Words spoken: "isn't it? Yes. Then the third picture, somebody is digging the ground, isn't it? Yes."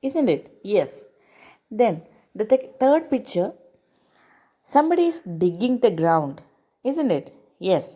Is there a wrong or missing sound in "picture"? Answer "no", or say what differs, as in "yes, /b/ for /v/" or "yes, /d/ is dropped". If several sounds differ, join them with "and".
no